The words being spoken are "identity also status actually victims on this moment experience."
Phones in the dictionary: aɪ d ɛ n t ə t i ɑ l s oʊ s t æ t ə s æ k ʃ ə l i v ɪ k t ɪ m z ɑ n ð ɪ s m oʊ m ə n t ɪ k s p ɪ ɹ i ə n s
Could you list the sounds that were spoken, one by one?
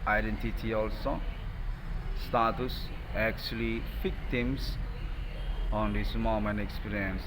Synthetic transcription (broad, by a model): aɪ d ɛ n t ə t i ɑ l s oʊ s t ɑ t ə s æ k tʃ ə l i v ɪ k t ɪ m s ɑ n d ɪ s m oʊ m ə n ɪ k s p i ɹ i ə n s